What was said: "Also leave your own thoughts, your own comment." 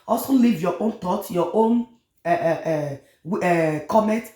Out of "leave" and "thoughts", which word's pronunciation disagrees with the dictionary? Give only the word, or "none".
thoughts